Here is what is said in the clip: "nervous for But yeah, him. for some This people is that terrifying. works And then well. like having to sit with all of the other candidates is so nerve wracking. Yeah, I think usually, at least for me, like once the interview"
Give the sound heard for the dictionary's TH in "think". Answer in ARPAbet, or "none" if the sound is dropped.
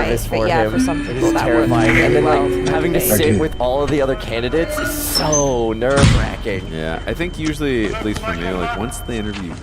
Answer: TH